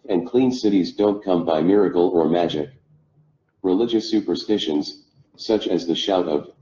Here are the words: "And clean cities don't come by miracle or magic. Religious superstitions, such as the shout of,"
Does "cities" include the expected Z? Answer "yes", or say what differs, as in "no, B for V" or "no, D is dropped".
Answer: yes